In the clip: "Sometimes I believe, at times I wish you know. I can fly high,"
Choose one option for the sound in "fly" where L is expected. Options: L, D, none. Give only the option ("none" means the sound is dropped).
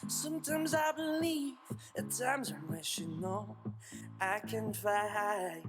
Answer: none